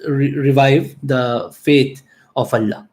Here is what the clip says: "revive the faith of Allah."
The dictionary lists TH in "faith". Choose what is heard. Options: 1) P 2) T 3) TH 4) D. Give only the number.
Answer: 2